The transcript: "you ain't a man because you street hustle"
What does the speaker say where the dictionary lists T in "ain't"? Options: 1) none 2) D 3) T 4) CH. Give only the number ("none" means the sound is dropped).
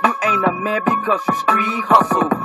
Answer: 1